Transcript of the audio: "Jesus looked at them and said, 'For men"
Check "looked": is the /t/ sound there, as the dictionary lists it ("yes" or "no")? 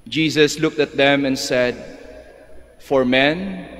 yes